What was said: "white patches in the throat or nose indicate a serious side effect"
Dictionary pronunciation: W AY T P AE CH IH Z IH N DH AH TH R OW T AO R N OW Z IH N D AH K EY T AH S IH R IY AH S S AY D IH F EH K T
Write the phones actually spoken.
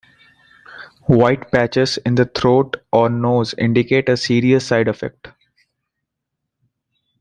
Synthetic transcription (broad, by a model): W AY T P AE CH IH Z IH N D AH T R OW T AO R N OW Z IH N D AH K EY T AH S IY R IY AH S S AY D IH F EH K T